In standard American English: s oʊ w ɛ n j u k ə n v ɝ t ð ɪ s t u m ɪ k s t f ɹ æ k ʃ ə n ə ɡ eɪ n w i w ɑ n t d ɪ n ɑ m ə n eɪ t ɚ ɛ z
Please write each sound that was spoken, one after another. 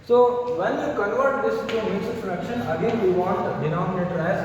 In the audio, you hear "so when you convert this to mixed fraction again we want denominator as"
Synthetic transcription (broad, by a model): s oʊ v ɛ n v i k ə n v ɝ t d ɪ s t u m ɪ s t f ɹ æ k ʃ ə n ə ɡ eɪ n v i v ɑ n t d ɪ n ɑ m ə n eɪ t ɚ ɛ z